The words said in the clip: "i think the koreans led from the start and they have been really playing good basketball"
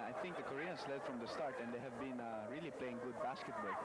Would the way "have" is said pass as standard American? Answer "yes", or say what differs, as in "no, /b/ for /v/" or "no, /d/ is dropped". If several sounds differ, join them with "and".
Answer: yes